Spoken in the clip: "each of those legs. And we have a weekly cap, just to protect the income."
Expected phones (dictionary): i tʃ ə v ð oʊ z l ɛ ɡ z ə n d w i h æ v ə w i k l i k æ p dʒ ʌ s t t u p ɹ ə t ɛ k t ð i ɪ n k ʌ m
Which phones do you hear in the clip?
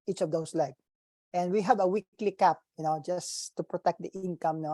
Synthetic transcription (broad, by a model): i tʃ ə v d oʊ s l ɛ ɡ ə n d w i h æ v ə w i k l i k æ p dʒ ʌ s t t u p ɹ ə t ɛ k t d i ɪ n k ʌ m